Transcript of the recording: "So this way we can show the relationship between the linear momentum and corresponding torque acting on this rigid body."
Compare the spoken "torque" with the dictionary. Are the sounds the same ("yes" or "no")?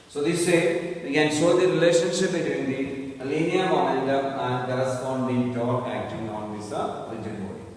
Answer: no